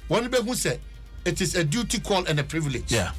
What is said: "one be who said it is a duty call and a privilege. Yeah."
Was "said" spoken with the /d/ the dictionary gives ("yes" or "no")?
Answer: no